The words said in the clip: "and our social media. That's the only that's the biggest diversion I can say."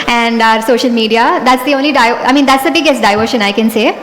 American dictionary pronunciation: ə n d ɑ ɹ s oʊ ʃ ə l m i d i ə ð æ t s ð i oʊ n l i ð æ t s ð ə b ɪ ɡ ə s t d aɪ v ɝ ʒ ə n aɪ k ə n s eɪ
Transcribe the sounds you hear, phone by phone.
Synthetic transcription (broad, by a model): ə n d ɑ ɹ s oʊ ʃ ə l m i d i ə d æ t s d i oʊ n l i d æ t s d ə b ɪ ɡ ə s t d aɪ v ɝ ʃ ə n aɪ k ə n s eɪ